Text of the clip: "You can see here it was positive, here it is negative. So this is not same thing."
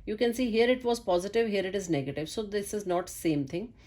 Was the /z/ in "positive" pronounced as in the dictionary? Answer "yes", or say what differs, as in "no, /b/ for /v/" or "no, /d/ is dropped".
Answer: yes